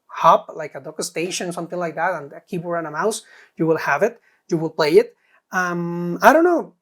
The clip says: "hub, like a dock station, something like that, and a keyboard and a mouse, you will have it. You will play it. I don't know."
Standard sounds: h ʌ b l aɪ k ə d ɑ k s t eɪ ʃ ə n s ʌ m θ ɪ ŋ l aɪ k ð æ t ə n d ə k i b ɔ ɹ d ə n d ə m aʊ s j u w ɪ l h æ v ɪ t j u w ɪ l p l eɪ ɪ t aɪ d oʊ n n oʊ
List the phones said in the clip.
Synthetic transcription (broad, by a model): h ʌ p l aɪ k ə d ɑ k s t eɪ ʃ ə n s ʌ m θ ɪ ŋ l aɪ k ð æ t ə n ə k i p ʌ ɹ ə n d ə m aʊ s j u w ɪ l h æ v ɪ t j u w ɪ l p l eɪ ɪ t aɪ d oʊ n n oʊ